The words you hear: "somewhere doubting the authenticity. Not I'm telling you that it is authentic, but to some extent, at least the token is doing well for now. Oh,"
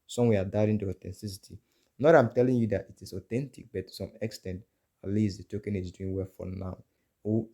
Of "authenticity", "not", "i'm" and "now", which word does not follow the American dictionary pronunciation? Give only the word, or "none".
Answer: authenticity